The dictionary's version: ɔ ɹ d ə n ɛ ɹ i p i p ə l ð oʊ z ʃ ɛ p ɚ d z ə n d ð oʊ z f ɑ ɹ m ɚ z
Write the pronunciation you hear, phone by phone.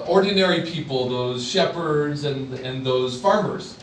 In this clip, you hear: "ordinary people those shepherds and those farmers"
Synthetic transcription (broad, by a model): ɔ ɹ d n ɛ ɹ i p i p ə l ð oʊ z ʃ ɛ p ɚ d z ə n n ð oʊ z f ɑ ɹ m ɚ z